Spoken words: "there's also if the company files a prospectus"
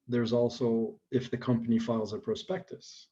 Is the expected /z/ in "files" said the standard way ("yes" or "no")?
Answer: yes